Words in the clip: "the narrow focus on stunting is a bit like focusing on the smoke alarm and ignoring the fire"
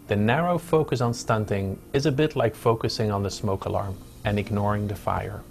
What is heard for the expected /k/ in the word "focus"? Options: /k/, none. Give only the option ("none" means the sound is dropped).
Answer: /k/